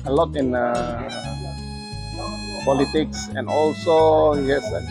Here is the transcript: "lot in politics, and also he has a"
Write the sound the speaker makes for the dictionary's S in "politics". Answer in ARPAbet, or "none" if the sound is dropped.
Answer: S